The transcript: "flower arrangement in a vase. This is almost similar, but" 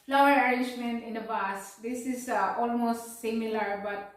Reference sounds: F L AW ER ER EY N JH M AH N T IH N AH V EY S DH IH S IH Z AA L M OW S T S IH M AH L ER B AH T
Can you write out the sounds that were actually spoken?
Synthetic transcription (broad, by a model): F L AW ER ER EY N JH M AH N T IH N AH B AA S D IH S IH S AA L M OW S T S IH M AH L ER B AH T